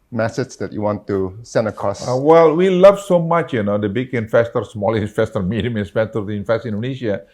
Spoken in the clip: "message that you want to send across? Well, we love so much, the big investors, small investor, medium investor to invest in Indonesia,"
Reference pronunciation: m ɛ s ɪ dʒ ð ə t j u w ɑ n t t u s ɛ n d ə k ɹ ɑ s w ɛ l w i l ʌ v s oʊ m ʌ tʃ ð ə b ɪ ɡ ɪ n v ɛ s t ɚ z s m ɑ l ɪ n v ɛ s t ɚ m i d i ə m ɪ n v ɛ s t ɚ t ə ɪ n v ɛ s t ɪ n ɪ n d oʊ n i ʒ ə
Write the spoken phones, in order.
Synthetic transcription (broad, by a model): m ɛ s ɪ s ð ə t j u w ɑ n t t u s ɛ n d ə k ɹ ɑ s w ɛ l w i l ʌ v s oʊ m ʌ tʃ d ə b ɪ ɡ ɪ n f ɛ s t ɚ s m ɑ l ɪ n f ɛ s t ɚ m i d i m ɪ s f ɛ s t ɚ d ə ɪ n f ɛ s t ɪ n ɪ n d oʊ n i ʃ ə